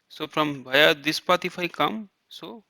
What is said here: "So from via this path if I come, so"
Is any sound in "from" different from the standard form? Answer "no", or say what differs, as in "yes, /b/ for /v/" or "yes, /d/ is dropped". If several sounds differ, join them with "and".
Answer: yes, /p/ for /f/